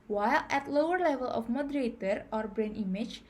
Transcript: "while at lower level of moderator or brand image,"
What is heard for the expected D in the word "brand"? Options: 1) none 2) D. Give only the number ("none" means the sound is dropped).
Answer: 1